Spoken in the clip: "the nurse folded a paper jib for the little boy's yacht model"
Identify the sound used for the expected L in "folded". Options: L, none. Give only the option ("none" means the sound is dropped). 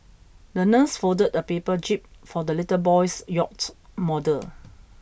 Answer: none